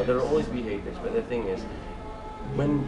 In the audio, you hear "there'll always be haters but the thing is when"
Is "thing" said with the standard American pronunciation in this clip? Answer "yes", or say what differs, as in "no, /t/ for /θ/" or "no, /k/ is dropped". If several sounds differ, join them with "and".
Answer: yes